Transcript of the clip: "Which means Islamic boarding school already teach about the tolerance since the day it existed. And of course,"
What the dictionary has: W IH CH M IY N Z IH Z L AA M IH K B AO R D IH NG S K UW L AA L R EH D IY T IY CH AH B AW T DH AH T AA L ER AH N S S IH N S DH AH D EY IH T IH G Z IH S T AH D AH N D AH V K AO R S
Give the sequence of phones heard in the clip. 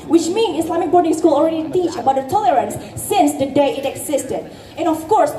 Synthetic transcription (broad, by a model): W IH CH M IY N IH S L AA M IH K B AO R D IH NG S K UW L AA L R EH D IY T IY CH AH B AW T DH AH T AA L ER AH N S S IH N S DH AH D EY IH T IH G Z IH S T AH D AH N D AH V K AO R S